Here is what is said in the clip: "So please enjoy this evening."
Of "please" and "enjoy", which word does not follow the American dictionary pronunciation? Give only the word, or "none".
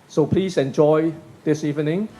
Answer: please